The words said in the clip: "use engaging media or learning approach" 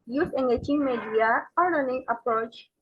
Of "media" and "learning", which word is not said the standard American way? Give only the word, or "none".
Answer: learning